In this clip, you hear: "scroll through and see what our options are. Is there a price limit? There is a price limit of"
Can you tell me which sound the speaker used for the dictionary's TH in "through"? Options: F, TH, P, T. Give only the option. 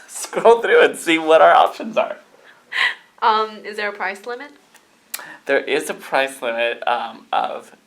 TH